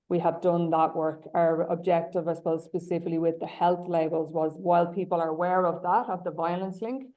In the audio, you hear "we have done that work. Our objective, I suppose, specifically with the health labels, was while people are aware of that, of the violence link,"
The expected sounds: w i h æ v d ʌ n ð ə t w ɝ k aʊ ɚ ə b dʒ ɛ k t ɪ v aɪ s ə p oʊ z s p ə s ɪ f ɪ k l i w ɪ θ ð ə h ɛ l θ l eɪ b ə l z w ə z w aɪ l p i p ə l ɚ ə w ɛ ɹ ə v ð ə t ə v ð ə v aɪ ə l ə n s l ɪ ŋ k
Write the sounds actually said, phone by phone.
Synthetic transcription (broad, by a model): w i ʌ v d ʌ n ð ə t w ɝ k aʊ ɚ ə b dʒ ɛ k t ɪ v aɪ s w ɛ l s p ə s ɪ f ɪ k l i w ɪ ð ə h ɛ l θ l eɪ b ə l z w ə z w aɪ l p i p ə l ɚ ə w ɛ ɹ ə v ð ə t ə v ð ə v aɪ ə l ə n s l ɪ ŋ k